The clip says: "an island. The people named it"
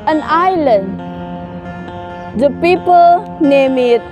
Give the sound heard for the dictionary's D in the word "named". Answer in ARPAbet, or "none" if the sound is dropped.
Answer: none